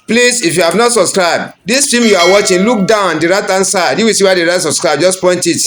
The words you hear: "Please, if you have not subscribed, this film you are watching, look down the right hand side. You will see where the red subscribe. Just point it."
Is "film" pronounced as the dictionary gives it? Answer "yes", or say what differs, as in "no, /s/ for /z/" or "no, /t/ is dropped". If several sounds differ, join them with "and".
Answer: no, /l/ is dropped